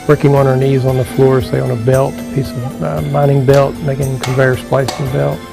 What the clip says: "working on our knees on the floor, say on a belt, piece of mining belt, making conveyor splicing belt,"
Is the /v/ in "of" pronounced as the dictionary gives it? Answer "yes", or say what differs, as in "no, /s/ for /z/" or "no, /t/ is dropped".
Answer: yes